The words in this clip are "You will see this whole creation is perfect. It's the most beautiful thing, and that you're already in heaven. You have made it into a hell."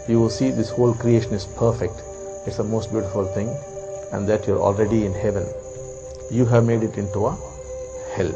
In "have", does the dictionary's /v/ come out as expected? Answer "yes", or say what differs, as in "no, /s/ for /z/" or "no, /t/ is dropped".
yes